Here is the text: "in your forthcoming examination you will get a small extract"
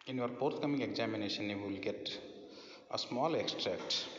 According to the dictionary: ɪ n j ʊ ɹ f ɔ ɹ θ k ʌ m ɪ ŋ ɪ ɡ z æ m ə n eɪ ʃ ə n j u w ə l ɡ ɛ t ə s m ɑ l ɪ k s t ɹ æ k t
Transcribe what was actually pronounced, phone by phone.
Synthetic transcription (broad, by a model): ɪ n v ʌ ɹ p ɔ ɹ t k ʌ m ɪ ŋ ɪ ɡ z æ m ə n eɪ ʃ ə n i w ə l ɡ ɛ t ə s m ɑ l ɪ k s t ɹ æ k t